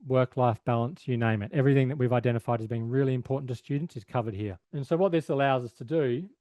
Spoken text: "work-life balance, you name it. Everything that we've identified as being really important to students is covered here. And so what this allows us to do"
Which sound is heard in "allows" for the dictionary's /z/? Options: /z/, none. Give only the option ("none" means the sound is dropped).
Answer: /z/